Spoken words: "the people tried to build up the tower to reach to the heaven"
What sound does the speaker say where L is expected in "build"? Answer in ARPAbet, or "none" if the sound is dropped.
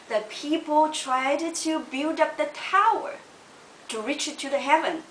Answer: L